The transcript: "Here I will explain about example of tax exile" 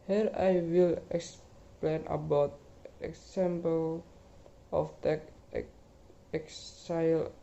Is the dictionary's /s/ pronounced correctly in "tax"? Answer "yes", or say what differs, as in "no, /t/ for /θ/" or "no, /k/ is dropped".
no, /s/ is dropped